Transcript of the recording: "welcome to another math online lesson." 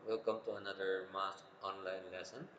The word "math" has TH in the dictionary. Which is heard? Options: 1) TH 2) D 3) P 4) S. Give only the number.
4